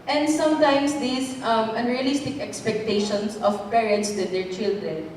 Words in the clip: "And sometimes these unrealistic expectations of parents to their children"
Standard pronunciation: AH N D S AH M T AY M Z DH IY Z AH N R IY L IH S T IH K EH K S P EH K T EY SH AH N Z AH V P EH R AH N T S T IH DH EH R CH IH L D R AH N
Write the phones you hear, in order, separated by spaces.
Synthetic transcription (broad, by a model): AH N D S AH M T AY M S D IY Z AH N R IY L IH S T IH K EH K S P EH K T EY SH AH N S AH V P EH R AH N T S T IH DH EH R CH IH L D R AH N